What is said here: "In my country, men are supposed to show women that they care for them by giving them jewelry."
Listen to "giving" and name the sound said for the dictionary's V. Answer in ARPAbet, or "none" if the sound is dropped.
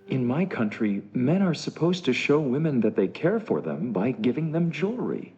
V